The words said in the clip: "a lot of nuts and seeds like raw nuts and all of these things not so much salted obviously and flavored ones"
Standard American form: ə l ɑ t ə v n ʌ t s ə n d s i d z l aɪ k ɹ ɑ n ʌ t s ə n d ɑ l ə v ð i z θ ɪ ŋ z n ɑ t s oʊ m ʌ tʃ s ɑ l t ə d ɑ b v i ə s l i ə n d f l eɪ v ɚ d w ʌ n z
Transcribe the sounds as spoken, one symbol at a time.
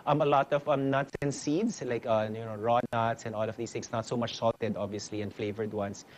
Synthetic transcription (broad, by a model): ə l ɑ t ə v n ʌ t s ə n s i d s l aɪ k ɹ ɑ n ʌ t s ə n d ɑ l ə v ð i s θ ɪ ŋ s n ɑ t s oʊ m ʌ tʃ s ɑ l t ə d ɑ b v i ə s l i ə n f l eɪ v ɚ d w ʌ n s